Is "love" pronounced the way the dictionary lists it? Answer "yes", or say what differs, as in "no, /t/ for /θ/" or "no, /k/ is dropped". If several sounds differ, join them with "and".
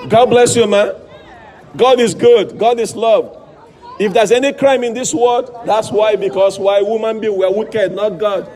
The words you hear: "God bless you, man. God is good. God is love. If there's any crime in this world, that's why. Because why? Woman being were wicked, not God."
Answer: yes